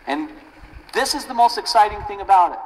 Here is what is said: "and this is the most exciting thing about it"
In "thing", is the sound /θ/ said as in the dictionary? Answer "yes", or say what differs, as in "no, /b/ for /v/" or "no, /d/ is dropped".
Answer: yes